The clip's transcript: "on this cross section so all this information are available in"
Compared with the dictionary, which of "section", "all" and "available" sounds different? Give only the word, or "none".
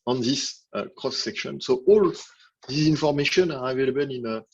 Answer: none